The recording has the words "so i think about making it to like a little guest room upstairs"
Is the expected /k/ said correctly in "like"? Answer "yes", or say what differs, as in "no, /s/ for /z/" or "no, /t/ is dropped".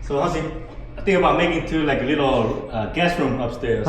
yes